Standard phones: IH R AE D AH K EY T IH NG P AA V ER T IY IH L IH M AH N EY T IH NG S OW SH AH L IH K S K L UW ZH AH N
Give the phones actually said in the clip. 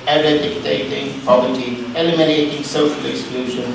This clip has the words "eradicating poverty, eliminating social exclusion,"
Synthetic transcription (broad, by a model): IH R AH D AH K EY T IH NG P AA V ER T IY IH L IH M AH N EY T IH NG S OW AH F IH K S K L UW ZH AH N